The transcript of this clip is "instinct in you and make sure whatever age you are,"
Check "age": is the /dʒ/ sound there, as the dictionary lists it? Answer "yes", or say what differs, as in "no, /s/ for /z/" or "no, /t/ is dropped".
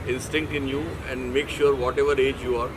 yes